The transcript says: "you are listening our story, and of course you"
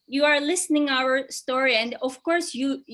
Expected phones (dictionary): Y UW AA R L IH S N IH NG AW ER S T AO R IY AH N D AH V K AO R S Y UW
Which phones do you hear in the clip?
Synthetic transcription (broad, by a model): Y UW AA R L IH S N IH NG AW ER S T AO R IY AH N D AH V K AO R S Y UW